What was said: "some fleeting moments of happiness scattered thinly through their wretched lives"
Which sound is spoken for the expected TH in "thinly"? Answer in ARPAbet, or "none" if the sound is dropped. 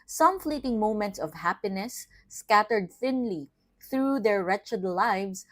TH